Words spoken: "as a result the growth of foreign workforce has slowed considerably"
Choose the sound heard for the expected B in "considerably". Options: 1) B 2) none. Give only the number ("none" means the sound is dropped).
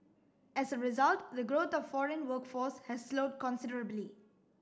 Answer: 1